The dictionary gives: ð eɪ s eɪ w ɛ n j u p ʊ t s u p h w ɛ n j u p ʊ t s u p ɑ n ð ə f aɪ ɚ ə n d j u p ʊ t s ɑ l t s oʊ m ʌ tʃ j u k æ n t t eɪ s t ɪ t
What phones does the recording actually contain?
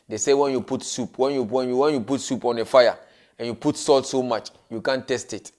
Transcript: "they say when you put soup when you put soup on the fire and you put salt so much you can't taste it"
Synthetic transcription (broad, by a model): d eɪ s eɪ w ɛ n j u p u t s u p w w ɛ n j u p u t s u p ɑ n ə f aɪ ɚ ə n j u p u t s ɑ l t s oʊ m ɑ tʃ j u k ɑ n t t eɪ s t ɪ t